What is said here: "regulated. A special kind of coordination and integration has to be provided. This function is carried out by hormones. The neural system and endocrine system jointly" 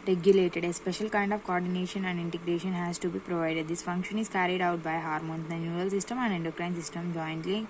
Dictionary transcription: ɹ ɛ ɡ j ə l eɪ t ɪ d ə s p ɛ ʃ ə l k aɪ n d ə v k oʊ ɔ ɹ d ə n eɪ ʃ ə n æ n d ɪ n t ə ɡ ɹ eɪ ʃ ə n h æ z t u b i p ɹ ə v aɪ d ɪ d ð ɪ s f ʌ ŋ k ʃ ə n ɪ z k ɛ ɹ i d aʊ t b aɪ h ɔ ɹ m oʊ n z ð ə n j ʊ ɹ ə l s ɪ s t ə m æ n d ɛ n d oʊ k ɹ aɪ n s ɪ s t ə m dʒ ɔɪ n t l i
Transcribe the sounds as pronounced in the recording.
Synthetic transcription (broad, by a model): ɹ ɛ ɡ j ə l eɪ t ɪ d ə s p ɛ ʃ ə l k aɪ n d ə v k oʊ ɔ ɹ d ə n eɪ ʃ ə n æ n d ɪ n t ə ɡ ɹ eɪ ʃ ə n h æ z t u b i p ɹ ə v aɪ d ɪ d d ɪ s f ʌ ŋ k ʃ ə n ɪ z k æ ɹ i d aʊ t b aɪ h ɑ ɹ m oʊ n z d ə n j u ə l s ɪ s t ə m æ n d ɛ n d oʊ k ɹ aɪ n s ɪ s t ə m dʒ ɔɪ n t l i